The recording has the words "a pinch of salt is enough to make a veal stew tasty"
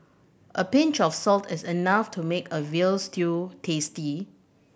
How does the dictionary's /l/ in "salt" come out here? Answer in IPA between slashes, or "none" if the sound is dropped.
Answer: /l/